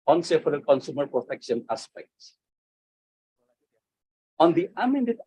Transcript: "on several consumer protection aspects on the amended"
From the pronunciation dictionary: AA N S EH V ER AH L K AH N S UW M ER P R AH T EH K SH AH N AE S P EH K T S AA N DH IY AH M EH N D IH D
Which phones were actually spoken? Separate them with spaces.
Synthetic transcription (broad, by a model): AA N S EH F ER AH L K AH N S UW M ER P R AH T EH K SH AH N AE S P EH K T S AA N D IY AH M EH N D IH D